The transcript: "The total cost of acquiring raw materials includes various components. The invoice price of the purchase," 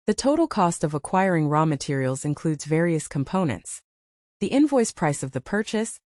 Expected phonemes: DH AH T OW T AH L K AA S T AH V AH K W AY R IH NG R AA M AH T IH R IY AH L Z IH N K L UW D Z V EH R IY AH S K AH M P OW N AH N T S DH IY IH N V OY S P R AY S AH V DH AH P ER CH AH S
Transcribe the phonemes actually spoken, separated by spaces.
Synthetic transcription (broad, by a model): DH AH T OW T L K AA S T AH V AH K W AY R IH NG R AA M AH T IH R IY L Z IH N K L UW D Z V EH R IY AH S K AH M P OW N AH N T S DH IY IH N V OY S P R AY S AH V DH AH P ER CH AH S